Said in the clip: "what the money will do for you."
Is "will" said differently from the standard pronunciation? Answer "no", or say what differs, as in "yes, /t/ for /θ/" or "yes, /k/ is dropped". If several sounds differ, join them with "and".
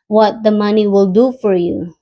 no